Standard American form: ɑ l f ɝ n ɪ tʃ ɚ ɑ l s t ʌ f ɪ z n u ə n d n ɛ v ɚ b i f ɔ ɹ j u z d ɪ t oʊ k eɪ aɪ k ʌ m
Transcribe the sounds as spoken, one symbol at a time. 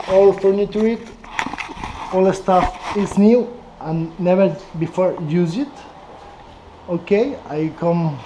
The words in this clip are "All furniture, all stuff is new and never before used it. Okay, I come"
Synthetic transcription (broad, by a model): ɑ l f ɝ n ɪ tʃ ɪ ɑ l s t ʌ f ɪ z n u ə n n ɛ v ɚ b i f ɔ ɹ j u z ɪ t oʊ k eɪ aɪ k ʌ m